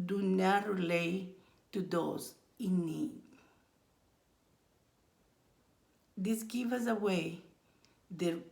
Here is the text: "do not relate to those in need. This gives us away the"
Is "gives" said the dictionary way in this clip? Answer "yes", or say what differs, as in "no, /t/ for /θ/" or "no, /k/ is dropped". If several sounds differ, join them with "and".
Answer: no, /z/ is dropped